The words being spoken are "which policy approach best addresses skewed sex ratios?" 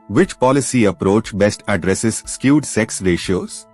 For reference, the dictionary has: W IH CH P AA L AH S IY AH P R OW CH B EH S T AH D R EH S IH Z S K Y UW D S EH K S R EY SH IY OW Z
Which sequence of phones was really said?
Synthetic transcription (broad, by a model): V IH CH P AA L AH S IY AH P R OW CH B EH S T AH D R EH S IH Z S K Y UW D S EH K S R EY SH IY OW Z